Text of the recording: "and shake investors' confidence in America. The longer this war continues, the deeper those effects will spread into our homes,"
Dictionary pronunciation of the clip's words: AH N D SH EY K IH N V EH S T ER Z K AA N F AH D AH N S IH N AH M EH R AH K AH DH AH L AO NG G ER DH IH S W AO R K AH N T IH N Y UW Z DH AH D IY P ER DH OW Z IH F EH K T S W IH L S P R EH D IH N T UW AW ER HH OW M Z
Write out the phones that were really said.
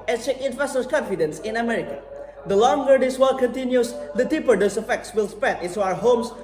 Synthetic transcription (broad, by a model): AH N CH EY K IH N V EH S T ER K AA N F AH D AH N S IH N AH M EH R AH K AH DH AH L AO NG G ER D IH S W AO L K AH N T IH N Y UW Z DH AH D IY P ER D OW S IH F EH K T S W IH L S P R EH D IH N T UW AW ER HH OW M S